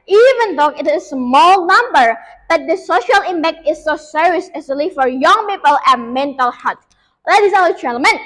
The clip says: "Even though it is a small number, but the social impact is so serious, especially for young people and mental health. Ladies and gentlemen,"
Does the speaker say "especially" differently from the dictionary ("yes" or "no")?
yes